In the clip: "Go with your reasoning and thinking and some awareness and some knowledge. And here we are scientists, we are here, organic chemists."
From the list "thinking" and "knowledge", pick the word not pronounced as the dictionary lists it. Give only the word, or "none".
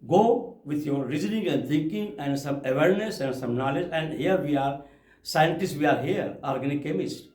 thinking